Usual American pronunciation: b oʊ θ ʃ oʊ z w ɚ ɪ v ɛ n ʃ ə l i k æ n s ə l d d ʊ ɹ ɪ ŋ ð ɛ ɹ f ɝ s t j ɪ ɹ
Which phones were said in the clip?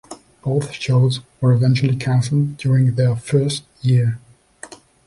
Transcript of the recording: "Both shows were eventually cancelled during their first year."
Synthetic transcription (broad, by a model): b oʊ θ ʃ oʊ z w ɚ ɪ v ɛ n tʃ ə l i k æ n s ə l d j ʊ ɹ ɪ ŋ ð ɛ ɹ f ɝ s t j ɪ ɹ